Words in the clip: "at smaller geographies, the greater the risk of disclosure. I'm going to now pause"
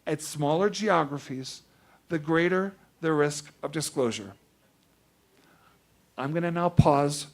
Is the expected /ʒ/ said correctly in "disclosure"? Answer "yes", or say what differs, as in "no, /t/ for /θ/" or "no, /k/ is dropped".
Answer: yes